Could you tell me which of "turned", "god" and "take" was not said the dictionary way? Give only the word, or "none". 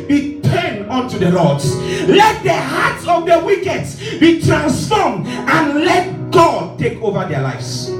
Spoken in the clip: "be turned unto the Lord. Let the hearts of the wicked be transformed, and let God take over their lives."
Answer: turned